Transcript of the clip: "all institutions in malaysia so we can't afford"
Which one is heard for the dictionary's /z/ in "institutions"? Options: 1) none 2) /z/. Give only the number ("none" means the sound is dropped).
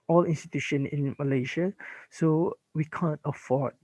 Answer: 1